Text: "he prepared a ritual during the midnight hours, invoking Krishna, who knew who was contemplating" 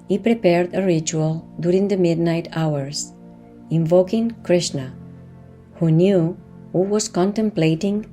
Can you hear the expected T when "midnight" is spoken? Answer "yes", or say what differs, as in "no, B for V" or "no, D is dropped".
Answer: yes